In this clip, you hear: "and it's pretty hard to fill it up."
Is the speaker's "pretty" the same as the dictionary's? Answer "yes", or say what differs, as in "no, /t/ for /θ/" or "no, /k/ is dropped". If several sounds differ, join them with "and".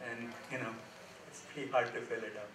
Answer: no, /ɹ/ is dropped